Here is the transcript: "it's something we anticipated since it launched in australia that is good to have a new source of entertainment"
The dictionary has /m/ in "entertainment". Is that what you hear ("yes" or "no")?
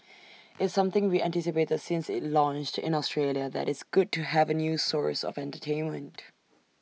yes